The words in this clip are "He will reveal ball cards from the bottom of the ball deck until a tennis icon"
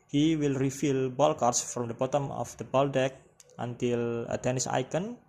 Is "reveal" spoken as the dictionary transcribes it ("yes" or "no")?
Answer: no